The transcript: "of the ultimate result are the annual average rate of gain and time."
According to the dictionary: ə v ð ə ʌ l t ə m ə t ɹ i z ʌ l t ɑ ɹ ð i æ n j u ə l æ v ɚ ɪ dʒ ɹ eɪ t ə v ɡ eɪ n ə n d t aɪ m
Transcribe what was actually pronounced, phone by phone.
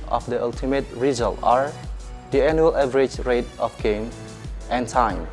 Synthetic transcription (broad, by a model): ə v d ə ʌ l t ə m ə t ɹ i z ʌ l t ɑ ɹ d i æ n j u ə l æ v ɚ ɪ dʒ ɹ eɪ t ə f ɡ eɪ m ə n t aɪ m